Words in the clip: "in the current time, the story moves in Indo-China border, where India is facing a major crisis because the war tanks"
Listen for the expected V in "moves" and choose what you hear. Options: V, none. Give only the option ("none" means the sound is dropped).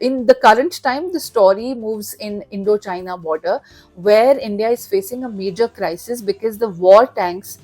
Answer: V